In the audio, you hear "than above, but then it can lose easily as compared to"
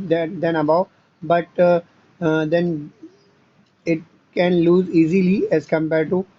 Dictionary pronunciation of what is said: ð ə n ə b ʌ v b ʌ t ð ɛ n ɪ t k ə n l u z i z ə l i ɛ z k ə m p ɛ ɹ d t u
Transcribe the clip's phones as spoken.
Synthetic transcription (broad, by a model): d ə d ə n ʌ b b ʌ t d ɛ n ɪ t k ə n l u z i z ə l i ɛ z k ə m p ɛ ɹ d t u